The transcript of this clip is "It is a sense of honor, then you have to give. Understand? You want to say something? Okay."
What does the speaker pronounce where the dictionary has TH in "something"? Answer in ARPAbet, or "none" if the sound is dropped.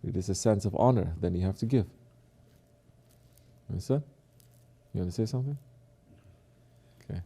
TH